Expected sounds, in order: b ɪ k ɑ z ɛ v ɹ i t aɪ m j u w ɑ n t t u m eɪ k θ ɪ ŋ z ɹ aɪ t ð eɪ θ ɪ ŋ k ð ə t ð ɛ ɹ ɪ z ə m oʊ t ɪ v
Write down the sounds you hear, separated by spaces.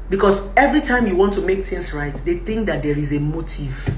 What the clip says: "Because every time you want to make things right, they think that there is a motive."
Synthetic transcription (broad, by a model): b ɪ k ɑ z ɛ v ɹ i t aɪ m j u w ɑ n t t u m eɪ k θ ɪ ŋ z ɹ aɪ t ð eɪ θ ɪ ŋ k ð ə t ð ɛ ɹ ɪ z ə m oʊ t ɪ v